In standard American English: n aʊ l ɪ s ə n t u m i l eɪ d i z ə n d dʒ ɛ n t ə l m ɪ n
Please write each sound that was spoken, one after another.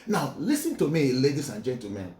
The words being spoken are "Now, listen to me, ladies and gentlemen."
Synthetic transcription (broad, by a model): n aʊ l ɪ s ə n t u m i l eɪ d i s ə n dʒ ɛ n t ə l m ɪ n